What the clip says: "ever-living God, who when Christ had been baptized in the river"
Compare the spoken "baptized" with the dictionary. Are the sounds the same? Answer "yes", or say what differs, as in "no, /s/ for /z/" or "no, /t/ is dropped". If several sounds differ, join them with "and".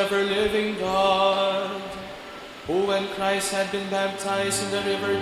yes